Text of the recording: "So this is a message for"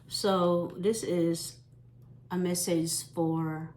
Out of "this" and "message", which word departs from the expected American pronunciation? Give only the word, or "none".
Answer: message